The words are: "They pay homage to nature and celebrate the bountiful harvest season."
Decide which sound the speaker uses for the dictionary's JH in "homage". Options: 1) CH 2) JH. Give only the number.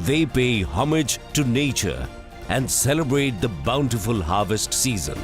2